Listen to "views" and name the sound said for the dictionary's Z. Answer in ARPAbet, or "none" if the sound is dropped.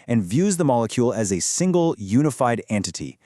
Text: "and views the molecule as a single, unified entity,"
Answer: Z